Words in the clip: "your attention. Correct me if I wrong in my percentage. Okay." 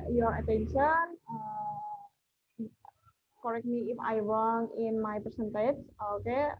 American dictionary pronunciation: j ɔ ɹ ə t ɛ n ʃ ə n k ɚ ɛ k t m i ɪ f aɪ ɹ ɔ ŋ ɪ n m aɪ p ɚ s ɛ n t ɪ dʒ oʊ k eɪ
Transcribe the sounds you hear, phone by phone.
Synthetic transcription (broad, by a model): j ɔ ɹ ə t ɛ n ʃ ə n k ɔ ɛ k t m i ɪ f aɪ w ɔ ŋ ɪ n m aɪ p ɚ s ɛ n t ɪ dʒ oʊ k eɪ